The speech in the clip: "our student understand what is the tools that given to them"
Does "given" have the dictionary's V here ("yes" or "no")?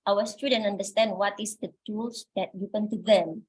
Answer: no